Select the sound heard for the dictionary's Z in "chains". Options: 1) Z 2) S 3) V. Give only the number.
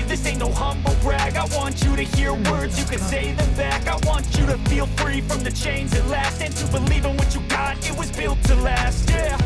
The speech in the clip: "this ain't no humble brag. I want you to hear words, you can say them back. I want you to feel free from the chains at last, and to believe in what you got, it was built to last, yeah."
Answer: 1